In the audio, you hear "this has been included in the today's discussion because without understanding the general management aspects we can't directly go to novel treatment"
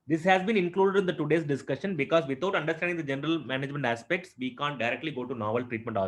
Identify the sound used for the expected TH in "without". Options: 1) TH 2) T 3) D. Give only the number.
2